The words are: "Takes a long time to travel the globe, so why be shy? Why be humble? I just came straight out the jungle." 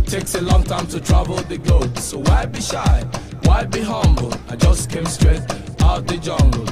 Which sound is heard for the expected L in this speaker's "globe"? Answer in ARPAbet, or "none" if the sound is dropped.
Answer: none